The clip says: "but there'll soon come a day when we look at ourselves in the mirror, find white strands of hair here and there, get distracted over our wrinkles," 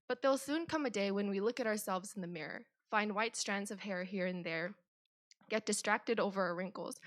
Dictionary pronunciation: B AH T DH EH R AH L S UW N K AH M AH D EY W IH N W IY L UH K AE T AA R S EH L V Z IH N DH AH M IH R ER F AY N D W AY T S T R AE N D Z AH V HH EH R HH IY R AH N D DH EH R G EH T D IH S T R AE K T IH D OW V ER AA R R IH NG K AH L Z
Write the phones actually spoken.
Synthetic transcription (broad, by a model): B AH T DH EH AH L S UW N K AH M AH D EY W IH N W IY L UH K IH T AA R S EH L V Z N DH AH M IH R ER F AY N D W AY T S T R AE N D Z AH V HH EH R HH IY R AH N DH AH R G EH T D IH S T R AE K T IH D OW V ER R R IH NG K L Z